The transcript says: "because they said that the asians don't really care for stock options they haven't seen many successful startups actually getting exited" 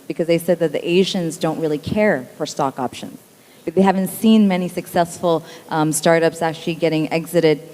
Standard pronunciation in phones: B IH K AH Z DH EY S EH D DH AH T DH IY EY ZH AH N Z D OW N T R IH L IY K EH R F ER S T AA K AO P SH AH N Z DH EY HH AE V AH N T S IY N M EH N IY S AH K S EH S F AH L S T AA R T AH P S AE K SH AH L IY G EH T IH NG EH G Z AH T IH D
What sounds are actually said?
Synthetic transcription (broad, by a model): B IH K AH Z DH EY S EH D DH AH T DH IY EY ZH AH N Z D OW N T R IH L IY K EH R F ER S T AA K AO P SH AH N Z DH EY HH AE V AH N T S IY N M EH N IY S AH K S EH S F L S T AA R T AH P S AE K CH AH L IY G EH T IH NG EH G Z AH T IH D